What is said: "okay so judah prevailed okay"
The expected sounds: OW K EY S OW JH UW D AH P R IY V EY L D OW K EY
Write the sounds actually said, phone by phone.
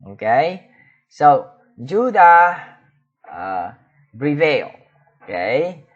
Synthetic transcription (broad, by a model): OW K EY S OW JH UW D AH B R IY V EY L OW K EY